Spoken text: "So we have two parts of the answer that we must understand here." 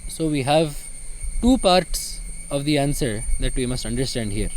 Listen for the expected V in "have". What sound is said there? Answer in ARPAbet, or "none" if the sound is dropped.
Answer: V